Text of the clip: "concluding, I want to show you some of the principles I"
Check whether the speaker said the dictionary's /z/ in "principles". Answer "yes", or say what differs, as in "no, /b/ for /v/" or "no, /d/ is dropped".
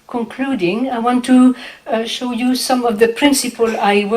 no, /z/ is dropped